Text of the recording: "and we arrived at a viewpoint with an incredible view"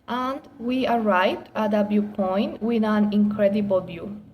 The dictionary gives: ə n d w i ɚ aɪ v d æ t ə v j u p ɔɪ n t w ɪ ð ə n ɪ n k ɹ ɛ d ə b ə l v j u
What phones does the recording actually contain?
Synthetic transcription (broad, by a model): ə n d w i ɚ aɪ v d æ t ə b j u p ɔɪ n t w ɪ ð ə n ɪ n k ɹ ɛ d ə b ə l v j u